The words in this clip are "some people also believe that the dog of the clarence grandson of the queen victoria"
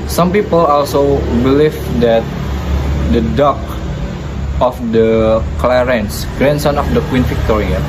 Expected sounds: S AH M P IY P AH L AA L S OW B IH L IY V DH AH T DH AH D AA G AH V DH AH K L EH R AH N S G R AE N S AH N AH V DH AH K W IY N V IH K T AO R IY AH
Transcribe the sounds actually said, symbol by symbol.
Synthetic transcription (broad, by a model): S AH M P IY P AH L AA L S OW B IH L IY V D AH T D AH D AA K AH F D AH K L EH R AH N S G R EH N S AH N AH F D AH K W IY N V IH K T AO R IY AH